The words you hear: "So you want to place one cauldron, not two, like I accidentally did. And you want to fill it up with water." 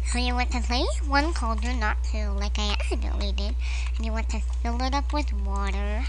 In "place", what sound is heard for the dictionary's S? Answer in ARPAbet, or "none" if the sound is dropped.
none